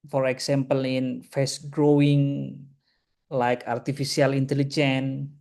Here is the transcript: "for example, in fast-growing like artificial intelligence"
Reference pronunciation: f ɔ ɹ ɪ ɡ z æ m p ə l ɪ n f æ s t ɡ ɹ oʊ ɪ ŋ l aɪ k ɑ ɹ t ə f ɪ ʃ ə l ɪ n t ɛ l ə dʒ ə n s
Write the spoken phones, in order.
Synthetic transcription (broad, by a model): f ɔ ɹ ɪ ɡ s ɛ m p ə l ɪ n f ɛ s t ɡ ɹ oʊ ɪ ŋ l aɪ k ɑ ɹ t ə f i s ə l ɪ n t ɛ l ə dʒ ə n